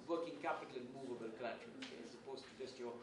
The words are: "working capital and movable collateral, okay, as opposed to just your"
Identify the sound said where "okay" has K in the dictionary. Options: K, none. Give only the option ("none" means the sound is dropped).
none